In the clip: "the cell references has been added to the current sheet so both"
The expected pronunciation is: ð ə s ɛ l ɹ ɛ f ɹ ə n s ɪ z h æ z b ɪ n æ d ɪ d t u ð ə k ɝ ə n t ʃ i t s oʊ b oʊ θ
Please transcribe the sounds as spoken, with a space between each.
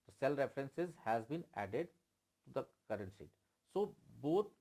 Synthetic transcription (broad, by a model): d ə s ɛ l ɹ ɛ f ɹ ə n s ɪ z h æ z b ɪ n æ d ɪ d t u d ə k ɝ ə n t s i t s oʊ b oʊ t